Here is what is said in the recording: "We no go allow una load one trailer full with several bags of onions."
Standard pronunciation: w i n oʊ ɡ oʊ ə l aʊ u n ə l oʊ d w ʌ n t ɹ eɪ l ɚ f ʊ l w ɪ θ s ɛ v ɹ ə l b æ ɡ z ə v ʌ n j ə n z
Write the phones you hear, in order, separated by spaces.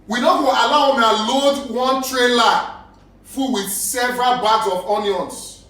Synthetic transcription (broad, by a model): w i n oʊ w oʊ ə l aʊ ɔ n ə l oʊ d w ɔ n t ɹ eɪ l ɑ f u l w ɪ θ s ɛ v ɹ ə l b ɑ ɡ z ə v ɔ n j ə n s